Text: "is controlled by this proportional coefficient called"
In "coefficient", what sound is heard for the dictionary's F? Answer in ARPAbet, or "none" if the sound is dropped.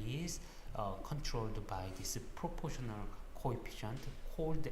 P